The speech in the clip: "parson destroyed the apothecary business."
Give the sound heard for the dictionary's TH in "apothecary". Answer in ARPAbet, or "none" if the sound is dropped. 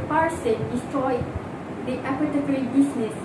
T